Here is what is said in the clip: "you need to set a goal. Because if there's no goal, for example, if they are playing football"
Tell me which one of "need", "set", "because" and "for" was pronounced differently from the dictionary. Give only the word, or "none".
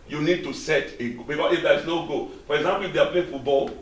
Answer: because